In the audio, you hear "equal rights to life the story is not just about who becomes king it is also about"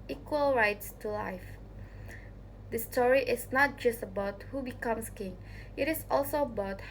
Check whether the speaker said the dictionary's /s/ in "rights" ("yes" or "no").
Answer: yes